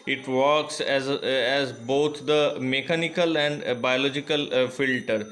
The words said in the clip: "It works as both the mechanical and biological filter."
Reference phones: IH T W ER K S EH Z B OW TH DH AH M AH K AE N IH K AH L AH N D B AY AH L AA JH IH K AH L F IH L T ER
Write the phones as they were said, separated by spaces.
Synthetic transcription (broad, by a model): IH T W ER K S EH Z B OW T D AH M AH K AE N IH K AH L AH N D B AY AH L AA JH IH K AH L F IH L T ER